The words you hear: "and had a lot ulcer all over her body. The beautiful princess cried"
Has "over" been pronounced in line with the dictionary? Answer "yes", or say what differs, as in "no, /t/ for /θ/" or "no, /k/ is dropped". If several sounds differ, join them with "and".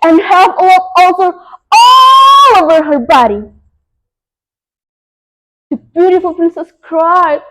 yes